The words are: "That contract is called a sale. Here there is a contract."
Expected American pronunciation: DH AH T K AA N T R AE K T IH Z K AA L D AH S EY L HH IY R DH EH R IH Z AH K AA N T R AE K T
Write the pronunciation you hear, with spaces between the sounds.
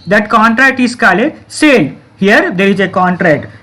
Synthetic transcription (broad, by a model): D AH T K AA N T R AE K T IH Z K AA L AH S EY L HH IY R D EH R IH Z AH K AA N T R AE K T